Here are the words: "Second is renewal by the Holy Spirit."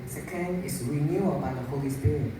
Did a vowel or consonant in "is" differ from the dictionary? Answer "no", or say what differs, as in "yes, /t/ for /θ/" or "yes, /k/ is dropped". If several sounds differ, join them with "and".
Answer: yes, /s/ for /z/